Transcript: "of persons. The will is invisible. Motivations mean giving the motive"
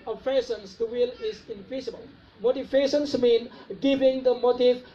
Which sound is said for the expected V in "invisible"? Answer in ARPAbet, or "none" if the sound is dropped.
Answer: P